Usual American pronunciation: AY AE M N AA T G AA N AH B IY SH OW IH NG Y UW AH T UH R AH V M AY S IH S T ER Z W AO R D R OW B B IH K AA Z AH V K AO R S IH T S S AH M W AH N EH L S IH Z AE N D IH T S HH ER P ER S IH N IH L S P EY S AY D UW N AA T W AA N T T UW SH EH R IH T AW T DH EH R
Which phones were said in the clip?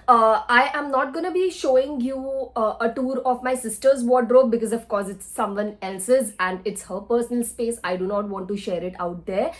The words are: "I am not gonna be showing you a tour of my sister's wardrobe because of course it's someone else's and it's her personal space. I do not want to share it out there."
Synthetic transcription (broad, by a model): AY AE M N AA T G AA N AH B IY SH OW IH NG Y UW AH T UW R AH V M AY S IH S T ER Z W AO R D R OW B B IH K AA Z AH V K AO R S IH T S S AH M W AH N EH L S IH Z AE N D IH T S HH ER P ER S IH N IH L S P EY S AY D UW N AA T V AA N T T UW SH EH R IH T AW T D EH R